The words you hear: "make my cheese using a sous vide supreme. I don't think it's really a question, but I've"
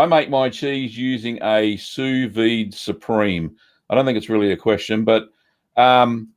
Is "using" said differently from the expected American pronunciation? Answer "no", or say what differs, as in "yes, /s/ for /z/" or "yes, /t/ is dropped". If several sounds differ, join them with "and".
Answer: no